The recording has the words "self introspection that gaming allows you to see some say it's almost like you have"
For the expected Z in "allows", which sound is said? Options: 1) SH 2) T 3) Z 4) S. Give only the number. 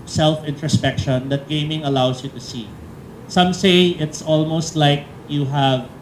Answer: 4